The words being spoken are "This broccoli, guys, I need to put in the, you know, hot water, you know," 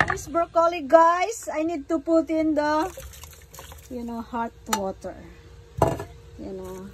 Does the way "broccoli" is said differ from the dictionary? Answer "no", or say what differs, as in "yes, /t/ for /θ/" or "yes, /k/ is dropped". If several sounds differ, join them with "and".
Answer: yes, /ɹ/ is dropped